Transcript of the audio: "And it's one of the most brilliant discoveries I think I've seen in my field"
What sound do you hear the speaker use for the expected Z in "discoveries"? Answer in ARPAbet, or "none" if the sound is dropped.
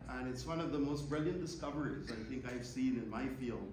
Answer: Z